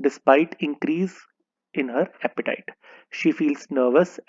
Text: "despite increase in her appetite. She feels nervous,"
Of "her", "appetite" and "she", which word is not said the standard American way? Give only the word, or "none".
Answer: none